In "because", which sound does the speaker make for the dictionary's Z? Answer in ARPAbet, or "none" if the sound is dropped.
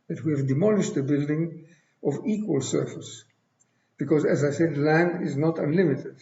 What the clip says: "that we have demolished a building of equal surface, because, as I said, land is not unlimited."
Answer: Z